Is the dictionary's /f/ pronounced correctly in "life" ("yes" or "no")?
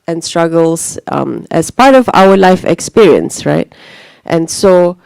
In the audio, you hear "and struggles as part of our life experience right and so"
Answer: yes